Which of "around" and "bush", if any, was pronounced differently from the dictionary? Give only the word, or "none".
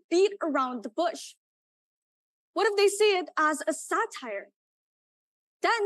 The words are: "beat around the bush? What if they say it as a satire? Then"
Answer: none